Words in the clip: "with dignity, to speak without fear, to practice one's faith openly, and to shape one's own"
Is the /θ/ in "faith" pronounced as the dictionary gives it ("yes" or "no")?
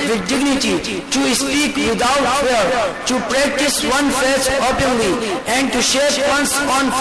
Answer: no